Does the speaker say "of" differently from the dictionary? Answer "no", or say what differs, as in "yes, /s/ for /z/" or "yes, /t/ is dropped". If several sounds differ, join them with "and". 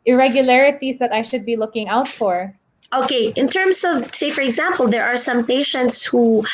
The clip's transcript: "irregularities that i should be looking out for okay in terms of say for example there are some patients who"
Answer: no